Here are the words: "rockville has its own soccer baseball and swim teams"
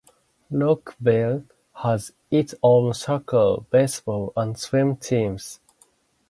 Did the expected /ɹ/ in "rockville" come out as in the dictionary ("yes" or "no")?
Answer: no